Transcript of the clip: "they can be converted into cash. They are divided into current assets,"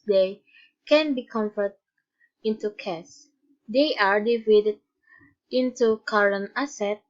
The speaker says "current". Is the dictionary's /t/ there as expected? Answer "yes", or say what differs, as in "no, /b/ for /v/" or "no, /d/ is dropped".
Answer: no, /t/ is dropped